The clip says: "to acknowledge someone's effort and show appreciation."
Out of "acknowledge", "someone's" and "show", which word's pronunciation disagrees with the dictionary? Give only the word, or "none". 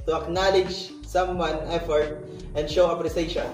someone's